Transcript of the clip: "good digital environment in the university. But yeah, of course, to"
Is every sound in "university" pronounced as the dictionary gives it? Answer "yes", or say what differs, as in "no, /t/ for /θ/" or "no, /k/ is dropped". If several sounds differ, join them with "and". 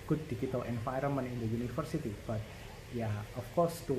no, /f/ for /v/